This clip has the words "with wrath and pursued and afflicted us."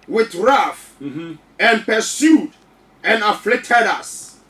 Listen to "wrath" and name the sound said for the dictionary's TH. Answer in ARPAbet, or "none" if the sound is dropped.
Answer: F